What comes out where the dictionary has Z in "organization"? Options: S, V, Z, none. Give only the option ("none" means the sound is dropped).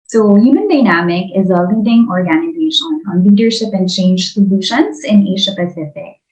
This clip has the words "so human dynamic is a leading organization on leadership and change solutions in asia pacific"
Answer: Z